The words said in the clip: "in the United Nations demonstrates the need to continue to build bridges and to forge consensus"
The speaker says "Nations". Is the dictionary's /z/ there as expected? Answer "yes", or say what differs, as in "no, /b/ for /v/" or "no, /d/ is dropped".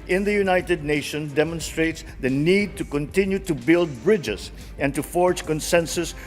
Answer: no, /z/ is dropped